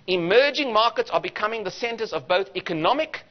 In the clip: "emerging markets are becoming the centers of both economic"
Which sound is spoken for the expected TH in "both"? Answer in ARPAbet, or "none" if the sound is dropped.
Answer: TH